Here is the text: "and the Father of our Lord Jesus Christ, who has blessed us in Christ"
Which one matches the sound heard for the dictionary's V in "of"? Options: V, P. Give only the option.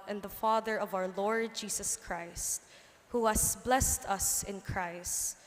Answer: V